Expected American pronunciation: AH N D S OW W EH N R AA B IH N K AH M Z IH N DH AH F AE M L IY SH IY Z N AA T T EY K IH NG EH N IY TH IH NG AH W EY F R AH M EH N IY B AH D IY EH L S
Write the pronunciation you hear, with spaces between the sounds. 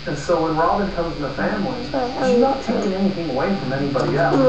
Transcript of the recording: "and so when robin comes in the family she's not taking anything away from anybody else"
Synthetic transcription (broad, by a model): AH N S OW W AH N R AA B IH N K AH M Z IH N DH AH F AE M L IY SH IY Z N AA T T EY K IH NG EH N IY TH IH NG AH W EY F R AH M EH N IY B AH D IY EH L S